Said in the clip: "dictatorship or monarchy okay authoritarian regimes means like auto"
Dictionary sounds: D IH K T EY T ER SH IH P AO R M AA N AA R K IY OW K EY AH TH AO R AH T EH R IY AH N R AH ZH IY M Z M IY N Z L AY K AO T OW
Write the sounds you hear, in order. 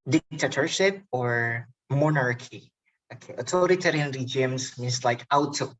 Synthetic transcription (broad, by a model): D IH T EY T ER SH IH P AO R M AA N AA R K IY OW K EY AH T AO R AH T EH R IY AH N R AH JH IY M S M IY N S L AY K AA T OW